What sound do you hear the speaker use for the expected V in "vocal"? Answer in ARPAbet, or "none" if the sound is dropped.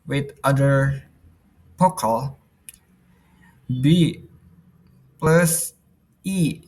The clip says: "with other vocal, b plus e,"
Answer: P